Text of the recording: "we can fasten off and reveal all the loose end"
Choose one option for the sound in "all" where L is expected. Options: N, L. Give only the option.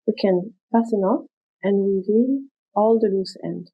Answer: L